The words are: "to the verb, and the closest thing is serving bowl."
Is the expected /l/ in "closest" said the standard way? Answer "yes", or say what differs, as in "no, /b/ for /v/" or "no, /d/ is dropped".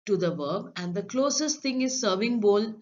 yes